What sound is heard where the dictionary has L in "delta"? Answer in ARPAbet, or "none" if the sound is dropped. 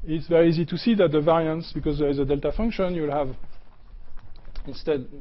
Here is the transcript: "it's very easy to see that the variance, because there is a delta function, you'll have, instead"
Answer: L